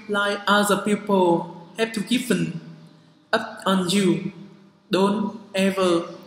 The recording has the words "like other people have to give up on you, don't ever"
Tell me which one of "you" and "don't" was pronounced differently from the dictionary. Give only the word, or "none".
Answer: none